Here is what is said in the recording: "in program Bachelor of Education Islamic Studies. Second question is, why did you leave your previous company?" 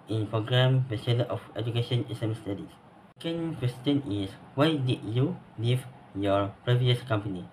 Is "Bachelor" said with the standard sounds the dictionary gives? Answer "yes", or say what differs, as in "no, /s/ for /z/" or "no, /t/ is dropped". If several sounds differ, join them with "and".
no, /s/ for /tʃ/